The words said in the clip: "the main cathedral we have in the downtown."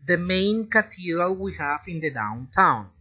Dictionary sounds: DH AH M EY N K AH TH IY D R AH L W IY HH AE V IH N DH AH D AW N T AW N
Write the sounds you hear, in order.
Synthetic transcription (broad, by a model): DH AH M EY N K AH T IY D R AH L W IY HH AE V IH N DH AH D AW N T AW N